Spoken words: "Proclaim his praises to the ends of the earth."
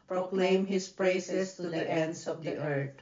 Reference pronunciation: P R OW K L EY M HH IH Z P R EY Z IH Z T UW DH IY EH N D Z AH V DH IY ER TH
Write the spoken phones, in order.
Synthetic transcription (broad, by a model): P R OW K L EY M HH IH S P R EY S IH S T UW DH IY EH N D S AH V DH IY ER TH